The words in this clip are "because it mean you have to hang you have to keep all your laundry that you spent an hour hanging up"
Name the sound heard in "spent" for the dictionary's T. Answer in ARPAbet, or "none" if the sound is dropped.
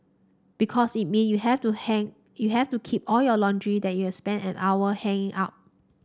none